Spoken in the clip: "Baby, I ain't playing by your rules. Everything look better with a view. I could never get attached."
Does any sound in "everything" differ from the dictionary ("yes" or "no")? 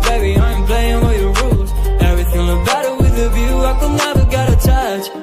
no